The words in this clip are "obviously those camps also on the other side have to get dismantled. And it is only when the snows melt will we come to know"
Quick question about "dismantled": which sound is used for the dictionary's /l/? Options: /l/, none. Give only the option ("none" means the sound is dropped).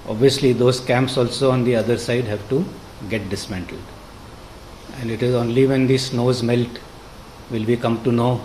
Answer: /l/